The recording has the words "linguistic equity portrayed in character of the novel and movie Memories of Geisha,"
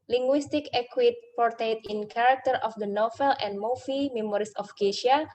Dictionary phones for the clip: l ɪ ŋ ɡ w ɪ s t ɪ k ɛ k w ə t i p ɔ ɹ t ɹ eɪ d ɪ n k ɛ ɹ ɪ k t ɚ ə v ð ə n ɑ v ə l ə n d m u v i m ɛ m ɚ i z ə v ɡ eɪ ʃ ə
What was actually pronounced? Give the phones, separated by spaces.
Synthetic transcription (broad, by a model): l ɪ ŋ ɡ w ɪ s t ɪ k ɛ k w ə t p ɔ ɹ t eɪ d ɪ n k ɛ ɹ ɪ k t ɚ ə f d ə n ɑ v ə l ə n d m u f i m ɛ m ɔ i s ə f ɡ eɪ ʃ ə